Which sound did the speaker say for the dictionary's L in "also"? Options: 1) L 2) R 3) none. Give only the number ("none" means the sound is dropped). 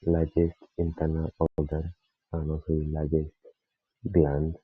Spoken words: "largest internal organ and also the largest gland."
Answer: 3